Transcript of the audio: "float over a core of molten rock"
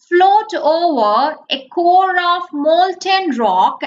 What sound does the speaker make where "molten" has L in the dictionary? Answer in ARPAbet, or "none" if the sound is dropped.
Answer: L